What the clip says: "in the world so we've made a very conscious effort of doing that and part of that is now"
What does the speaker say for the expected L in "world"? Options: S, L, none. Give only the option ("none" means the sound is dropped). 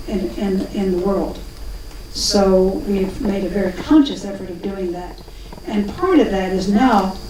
L